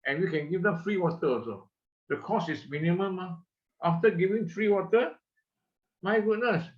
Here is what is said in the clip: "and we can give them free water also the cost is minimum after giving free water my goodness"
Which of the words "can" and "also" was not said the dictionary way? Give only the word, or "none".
also